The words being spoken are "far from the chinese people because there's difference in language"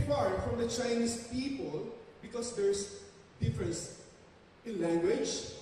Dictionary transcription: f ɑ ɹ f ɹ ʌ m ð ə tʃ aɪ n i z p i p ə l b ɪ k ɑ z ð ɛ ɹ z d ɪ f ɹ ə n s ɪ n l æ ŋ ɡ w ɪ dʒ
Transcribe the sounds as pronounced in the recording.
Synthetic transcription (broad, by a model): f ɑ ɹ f ɹ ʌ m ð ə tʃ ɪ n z p i p ə l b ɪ k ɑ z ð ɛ ɹ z d ɪ f ɹ ə n s ɪ n l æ ŋ ɡ w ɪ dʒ